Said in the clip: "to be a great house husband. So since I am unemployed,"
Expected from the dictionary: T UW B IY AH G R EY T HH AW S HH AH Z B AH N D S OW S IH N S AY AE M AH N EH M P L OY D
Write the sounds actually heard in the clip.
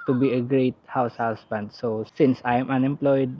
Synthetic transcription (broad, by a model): T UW B IY AH G R EY T HH AW S HH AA S B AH N D S OW S IH N S AY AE M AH N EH M P L OY D